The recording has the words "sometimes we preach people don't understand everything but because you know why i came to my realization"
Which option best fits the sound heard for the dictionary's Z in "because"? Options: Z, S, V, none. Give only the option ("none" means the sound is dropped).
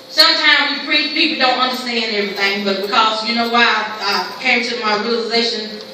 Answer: Z